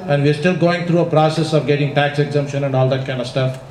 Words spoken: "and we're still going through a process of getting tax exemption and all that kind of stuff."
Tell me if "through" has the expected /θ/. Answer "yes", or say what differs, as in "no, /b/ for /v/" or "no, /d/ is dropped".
no, /t/ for /θ/